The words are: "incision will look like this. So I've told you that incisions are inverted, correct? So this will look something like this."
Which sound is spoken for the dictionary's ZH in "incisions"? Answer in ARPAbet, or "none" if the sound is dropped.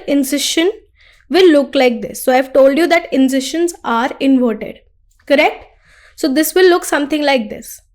SH